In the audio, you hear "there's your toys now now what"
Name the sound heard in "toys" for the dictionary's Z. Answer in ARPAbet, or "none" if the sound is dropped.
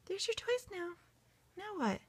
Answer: S